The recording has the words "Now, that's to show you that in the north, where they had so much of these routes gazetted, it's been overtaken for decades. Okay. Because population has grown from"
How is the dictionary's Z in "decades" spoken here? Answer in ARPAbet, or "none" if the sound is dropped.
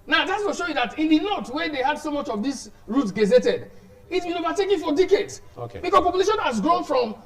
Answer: S